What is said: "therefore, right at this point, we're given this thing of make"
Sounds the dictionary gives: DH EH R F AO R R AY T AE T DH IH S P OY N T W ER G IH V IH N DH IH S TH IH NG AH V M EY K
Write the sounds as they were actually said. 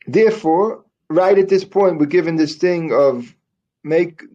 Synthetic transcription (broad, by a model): DH EH R F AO R R AY T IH T DH IH S P OY N T W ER G IH V IH N DH IH S TH IH NG AH V M EY K